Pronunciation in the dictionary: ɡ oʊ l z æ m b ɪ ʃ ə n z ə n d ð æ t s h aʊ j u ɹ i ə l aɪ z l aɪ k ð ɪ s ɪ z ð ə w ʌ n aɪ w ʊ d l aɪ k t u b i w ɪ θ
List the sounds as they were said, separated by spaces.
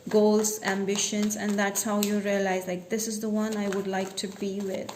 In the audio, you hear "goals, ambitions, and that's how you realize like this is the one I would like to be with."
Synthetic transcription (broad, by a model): ɡ oʊ l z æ m b ɪ ʃ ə n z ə n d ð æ t s h aʊ j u ɹ i ə l aɪ z l aɪ k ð ɪ s ɪ z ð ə w ʌ n aɪ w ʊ d l aɪ k t u b i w ɪ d